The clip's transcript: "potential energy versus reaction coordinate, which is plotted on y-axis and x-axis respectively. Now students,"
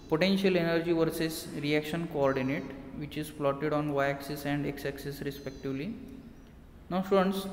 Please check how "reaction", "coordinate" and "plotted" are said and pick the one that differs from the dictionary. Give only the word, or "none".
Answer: plotted